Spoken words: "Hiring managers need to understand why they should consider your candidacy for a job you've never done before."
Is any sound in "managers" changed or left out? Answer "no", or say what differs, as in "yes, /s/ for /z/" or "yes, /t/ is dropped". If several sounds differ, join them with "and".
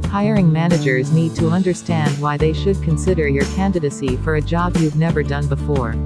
no